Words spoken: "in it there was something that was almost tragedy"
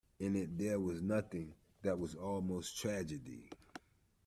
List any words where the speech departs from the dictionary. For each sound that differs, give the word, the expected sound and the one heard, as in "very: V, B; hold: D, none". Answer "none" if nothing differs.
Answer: something: M, none